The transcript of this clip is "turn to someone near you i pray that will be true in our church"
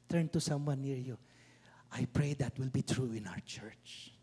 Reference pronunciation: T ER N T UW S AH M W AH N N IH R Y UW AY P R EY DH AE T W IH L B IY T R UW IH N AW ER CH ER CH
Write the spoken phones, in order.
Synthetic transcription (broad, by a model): T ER N T UW S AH M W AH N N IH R Y UW AY P R EY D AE T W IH L B IY T R UW IH N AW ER CH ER CH